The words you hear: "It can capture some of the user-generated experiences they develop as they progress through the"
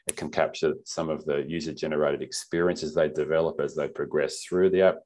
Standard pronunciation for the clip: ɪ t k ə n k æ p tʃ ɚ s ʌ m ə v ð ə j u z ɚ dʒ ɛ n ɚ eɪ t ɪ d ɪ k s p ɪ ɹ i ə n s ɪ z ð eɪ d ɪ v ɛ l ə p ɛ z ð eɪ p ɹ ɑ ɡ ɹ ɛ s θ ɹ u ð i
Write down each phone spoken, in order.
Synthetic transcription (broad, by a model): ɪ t k ə n k æ p tʃ ɚ s ʌ m ə v ð ə j u z ɚ dʒ ɛ n ɚ eɪ t ɪ d ɪ k s p ɪ ɹ i ə n s ɪ z ð eɪ d ɪ v ɛ l ə p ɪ z ð eɪ p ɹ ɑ ɡ ɹ ɛ s θ ɹ u ð i